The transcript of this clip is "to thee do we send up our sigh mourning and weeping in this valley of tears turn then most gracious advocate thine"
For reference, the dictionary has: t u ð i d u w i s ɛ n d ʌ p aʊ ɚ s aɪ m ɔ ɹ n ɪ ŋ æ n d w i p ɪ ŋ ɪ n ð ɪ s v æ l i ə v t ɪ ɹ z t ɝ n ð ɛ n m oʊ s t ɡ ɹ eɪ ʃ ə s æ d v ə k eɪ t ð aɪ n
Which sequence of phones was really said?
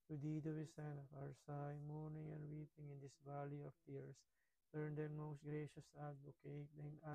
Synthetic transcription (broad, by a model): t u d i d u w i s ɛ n ʌ f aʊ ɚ s aɪ m ɔ ɹ n ɪ ŋ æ n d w i p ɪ ŋ ɪ n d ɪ s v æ l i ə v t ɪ ɹ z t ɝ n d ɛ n m oʊ s t ɡ ɹ eɪ ʃ ə s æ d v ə k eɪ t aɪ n